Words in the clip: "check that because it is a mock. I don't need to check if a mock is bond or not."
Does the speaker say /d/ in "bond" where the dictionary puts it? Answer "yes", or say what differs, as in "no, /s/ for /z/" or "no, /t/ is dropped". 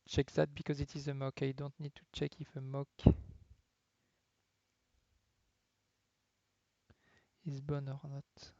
no, /d/ is dropped